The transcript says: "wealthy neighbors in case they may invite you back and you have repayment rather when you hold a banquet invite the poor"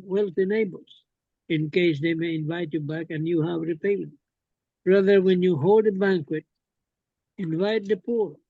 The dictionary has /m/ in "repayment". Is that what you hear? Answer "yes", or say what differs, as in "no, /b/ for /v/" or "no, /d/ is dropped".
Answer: no, /m/ is dropped